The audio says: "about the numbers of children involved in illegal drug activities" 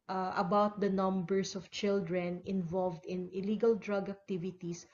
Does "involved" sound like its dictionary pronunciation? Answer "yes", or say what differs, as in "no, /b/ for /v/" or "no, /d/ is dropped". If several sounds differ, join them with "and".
yes